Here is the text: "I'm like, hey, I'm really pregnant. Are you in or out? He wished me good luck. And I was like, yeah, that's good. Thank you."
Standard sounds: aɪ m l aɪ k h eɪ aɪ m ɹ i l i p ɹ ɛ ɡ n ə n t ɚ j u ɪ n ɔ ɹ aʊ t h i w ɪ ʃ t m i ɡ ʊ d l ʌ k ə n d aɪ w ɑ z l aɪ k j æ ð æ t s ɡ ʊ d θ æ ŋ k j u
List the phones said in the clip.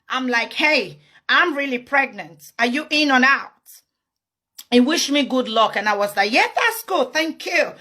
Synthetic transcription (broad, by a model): aɪ m l aɪ k h eɪ aɪ m ɹ i l i p ɹ ɛ ɡ n ə n t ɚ j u ɪ n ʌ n aʊ t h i w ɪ ʃ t m i ɡ ʊ d l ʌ k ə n aɪ w ɑ z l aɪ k j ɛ ð æ t s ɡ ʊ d θ æ ŋ k j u